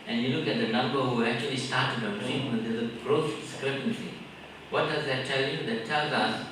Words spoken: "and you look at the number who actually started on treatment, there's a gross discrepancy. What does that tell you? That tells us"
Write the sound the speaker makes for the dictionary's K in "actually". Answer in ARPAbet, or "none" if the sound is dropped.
K